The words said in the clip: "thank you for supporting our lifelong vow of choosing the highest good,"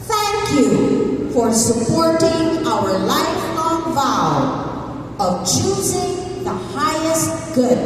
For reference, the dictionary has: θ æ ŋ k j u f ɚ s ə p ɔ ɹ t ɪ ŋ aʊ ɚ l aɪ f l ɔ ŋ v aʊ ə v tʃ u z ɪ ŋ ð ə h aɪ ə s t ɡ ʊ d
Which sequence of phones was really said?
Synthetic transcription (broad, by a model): θ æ ŋ k j u f ɚ s ə p ɔ ɹ t ɪ ŋ aʊ ɚ l aɪ f ɔ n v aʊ ə v tʃ u z ɪ ŋ ð ə h aɪ ə s t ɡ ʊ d